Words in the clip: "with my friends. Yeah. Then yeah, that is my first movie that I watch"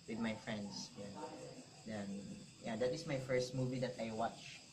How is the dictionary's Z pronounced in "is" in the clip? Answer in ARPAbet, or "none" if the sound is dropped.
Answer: S